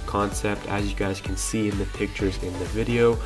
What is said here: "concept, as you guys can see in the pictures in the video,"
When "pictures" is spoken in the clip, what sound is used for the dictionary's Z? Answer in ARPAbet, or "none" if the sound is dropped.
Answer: Z